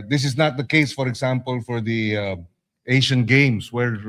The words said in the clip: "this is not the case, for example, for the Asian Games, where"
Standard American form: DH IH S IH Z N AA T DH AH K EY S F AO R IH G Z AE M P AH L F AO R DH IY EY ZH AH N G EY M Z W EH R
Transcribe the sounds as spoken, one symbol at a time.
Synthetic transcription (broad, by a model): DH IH S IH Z N AA T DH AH K EY S F AO R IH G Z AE M P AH L F AO R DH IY EY SH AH N G EY M S W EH R